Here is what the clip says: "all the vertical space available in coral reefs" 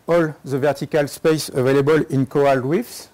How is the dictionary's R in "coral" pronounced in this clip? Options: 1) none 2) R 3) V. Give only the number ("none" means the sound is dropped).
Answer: 1